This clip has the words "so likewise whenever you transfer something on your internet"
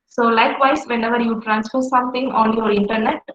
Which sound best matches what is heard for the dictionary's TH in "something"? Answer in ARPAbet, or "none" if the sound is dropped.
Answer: T